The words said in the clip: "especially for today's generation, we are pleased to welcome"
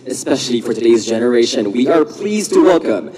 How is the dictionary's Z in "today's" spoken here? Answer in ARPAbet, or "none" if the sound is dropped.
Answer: Z